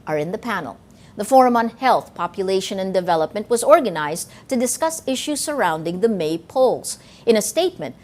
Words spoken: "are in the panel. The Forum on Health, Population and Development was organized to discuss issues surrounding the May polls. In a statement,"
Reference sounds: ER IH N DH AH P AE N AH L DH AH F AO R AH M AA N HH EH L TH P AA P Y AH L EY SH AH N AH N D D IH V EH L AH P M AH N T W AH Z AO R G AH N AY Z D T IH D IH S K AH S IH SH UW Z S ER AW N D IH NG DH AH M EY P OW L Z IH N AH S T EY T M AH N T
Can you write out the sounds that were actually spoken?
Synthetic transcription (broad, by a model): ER IH N DH AH P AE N L DH AH F AO R AH M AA N HH EH L TH P AA P Y AH L EY SH AH N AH N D D IH V EH L AH P M AH N T W AH Z AO R G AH N AY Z T IH D IH S K AH S IH SH UW Z S ER AW N D IH NG DH AH M EY P OW L Z IH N AH S T EY T M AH N T